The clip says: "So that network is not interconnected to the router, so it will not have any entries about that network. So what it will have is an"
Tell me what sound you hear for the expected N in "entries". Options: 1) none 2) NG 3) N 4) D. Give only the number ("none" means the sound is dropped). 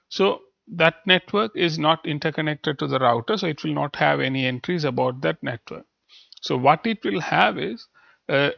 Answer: 3